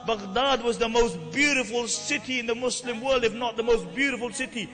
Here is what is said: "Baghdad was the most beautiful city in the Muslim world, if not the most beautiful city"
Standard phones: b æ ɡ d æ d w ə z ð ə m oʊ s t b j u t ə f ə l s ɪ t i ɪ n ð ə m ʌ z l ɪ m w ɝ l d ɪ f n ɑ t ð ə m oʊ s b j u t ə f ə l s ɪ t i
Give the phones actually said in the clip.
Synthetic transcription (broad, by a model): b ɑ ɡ d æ d w ə z ð ə m oʊ s t b j u t ə f ə l s ɪ t i ɪ n ð ə m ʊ s l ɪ m w ɝ l d ɪ f n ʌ t ð ə m oʊ s b j u t ə f ə l s ɪ t i